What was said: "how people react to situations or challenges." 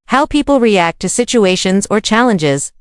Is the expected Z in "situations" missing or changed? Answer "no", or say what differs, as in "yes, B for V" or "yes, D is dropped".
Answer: no